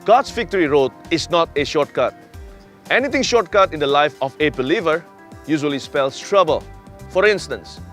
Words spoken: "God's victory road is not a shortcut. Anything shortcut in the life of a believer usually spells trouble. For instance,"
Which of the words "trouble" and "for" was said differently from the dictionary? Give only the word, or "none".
none